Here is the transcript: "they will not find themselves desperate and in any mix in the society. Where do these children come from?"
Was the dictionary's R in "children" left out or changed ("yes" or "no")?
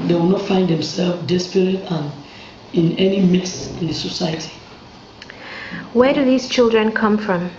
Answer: no